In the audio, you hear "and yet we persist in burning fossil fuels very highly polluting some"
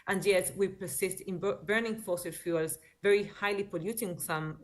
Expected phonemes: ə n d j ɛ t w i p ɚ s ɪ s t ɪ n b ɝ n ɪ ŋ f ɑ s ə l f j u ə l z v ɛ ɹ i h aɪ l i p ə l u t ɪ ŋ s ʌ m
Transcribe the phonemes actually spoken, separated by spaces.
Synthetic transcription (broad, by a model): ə n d j ɛ t w i p ɚ s ɪ s t ɪ n b ɝ n ɪ ŋ f ɑ s ə l f j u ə l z v ɛ ɹ i h aɪ l i p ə l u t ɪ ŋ s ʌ m